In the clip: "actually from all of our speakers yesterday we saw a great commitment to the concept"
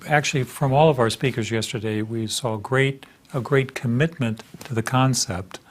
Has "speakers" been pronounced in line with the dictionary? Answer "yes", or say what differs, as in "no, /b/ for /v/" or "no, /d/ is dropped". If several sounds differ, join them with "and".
yes